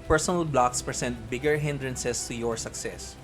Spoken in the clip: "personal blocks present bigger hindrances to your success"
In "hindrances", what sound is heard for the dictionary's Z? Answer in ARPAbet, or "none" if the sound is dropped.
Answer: S